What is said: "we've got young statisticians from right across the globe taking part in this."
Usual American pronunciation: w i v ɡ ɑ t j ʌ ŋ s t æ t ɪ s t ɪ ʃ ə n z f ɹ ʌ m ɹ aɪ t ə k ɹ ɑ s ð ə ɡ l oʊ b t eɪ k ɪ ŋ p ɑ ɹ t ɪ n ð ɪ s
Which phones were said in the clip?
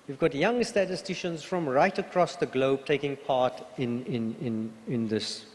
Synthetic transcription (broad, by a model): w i v ɡ ɑ t j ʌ ŋ s t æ t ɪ s t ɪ ʃ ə n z f ɹ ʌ m ɹ aɪ t ə k ɹ ɑ s ð ə ɡ l oʊ b t eɪ k ɪ ŋ p ɑ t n ɪ n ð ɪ s